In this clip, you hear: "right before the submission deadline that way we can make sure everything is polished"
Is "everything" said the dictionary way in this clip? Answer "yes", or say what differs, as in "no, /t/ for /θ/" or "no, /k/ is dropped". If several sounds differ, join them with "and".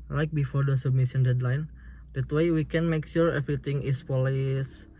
no, /t/ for /θ/